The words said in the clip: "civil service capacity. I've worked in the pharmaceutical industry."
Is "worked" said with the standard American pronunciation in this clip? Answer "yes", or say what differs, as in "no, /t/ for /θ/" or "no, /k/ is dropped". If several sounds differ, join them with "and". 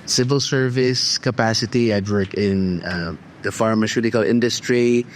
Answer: no, /t/ is dropped